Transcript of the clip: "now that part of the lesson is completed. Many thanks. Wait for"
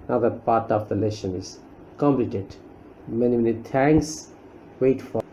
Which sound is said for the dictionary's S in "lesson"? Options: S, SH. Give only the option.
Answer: SH